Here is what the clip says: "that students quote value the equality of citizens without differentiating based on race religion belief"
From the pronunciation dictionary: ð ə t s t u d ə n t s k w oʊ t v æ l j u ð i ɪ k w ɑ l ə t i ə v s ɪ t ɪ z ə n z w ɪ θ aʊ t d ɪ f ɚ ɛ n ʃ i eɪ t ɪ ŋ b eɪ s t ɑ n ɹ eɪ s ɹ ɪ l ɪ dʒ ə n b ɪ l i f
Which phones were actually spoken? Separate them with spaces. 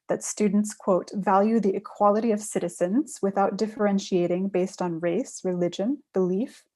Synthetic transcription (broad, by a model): ð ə t s t u d n t s k w oʊ t v æ l j u ð i ɪ k w ɑ l ə t i ə v s ɪ t ɪ z ə n z w ɪ θ aʊ t d ɪ f ɚ ɛ n ʃ i eɪ t ɪ ŋ b eɪ s t n ɹ eɪ s ɹ ɪ l ɪ dʒ ə n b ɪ l i f